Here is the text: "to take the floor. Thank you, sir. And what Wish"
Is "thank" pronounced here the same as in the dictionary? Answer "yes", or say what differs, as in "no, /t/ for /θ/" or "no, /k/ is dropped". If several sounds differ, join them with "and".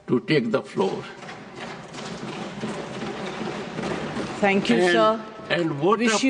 no, /t/ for /θ/